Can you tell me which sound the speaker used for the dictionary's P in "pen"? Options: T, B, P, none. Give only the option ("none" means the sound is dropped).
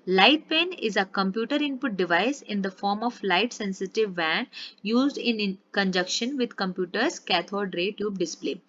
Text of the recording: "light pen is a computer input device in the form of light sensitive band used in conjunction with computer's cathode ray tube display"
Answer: P